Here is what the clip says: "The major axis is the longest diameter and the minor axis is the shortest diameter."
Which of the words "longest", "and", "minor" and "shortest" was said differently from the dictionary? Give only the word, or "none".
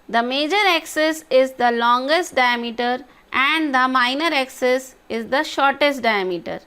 none